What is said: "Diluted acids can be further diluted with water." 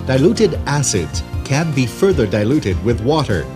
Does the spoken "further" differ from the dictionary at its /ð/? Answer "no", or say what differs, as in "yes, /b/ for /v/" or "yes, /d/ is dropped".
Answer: no